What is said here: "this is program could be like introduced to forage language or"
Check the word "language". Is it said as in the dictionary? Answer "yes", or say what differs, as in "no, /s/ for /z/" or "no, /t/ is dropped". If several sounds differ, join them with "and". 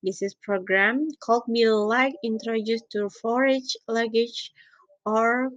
no, /ŋ/ is dropped